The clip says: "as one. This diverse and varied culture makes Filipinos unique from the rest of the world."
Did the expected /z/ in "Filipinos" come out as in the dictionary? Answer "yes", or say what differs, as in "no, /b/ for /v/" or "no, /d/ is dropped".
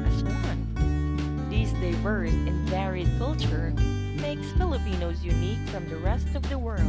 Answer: yes